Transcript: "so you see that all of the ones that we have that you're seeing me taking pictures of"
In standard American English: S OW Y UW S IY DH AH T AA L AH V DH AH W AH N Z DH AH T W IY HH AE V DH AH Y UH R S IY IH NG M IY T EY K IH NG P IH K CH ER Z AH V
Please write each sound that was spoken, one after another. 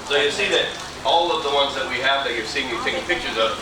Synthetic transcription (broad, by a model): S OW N S IY DH AH T AA L AH V DH AH W AH N Z DH AH T W IY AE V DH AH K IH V S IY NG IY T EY IH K P IH K CH ER Z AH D